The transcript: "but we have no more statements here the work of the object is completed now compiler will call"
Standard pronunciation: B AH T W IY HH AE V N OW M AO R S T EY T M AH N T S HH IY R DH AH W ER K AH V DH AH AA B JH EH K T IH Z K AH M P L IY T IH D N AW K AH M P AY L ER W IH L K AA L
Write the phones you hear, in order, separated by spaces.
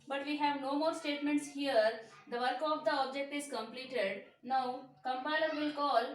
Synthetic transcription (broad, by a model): B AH T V IY HH AE V N OW M AO R S T EY T M AH N T S HH IY R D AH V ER K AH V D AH AA B JH EH K T IH Z K AH M P L IY T IH D N AW K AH M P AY L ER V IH L K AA L